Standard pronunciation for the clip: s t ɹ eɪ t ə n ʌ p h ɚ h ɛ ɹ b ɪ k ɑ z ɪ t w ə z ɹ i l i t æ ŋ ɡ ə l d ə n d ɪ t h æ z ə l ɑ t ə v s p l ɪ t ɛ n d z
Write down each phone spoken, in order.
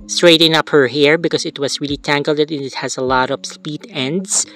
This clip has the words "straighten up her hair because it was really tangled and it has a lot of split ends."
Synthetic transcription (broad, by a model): s t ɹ eɪ t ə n ʌ p h ɚ h ɛ ɹ b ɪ k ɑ s ɪ t w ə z ɹ i l i t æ ŋ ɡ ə l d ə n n ɪ t h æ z ə l ɑ t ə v s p i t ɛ n d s